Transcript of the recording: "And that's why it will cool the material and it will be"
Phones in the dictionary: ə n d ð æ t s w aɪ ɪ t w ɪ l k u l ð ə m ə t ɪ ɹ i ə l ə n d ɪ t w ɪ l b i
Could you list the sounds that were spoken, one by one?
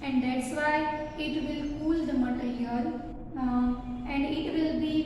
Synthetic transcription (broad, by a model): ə n d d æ t s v aɪ ɪ t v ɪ l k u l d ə m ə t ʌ l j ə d ə n d ɪ t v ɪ l b i